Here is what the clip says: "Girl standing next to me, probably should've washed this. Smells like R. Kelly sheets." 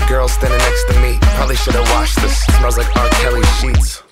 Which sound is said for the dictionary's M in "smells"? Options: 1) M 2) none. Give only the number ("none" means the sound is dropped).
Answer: 2